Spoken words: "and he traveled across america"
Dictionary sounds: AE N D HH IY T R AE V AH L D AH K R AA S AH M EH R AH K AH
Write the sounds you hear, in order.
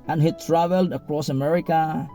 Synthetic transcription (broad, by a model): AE N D HH IY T R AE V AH L D AH K R AA S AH M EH R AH K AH